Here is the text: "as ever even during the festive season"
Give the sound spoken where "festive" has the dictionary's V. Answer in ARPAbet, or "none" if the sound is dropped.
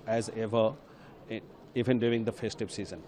P